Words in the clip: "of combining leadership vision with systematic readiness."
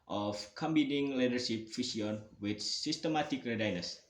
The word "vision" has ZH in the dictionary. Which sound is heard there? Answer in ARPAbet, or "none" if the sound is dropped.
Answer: S